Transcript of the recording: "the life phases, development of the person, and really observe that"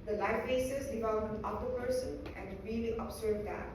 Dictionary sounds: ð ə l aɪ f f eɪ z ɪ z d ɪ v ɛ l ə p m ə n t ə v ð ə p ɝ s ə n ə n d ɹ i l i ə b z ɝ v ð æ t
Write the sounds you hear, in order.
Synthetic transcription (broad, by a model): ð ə l aɪ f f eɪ s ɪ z d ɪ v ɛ l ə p ə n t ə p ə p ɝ s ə n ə n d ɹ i l i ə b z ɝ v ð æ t